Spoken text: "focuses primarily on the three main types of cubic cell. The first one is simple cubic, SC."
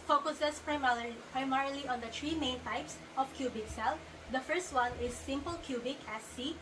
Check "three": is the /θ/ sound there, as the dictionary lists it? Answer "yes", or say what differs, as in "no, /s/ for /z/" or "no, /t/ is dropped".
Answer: no, /t/ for /θ/